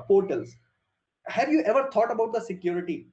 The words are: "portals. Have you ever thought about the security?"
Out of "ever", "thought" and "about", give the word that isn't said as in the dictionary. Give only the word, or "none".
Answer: thought